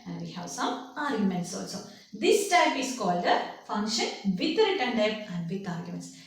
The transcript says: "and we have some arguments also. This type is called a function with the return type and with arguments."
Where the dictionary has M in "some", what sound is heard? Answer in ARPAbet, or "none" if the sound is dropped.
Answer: none